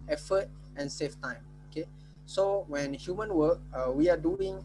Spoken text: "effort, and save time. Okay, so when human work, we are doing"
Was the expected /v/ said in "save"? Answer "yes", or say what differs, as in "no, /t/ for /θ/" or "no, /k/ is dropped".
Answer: no, /f/ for /v/